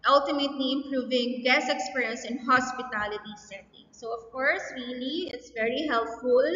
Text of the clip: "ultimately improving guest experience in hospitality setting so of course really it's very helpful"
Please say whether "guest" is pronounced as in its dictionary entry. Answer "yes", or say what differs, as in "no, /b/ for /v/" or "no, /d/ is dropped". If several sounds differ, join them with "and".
no, /t/ is dropped